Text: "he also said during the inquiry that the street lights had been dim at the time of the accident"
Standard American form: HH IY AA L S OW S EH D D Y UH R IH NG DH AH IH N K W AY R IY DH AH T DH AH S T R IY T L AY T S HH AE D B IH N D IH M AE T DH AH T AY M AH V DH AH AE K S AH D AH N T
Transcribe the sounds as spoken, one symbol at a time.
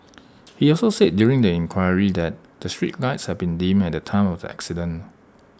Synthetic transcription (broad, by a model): HH IY AA L S OW S EH D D Y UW R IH NG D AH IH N K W AY R IY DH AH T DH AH S T R IY T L AY T S HH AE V B IH N D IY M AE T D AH T AY M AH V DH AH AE K S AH D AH N